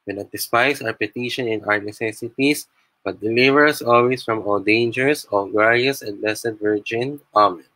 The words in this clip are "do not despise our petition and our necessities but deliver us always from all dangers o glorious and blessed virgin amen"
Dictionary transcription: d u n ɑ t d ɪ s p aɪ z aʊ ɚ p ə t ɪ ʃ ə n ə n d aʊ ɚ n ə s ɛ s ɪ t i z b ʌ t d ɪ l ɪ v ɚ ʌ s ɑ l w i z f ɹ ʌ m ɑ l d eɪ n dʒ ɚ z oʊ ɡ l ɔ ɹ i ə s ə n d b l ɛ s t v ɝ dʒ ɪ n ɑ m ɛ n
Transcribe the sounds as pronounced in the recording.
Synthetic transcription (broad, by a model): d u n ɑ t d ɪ s p aɪ s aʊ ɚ p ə t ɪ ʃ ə n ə n aʊ ɚ n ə s ɛ s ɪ t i s b ʌ t d ɪ l ɪ v ɚ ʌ s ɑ l w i s f ɹ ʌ m ɑ l d eɪ n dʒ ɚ s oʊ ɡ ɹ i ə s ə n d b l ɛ s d v ɝ dʒ ɪ n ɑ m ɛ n